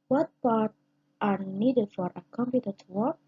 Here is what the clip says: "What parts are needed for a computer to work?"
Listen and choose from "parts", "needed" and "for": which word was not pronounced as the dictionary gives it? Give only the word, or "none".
parts